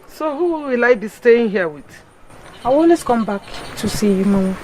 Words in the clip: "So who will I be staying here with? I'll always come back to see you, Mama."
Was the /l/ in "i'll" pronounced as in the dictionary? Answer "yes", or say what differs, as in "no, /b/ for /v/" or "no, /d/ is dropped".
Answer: no, /w/ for /l/